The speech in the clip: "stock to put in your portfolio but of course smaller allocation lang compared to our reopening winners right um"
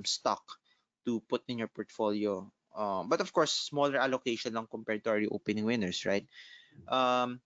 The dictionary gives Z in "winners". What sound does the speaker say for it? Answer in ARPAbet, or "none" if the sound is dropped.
S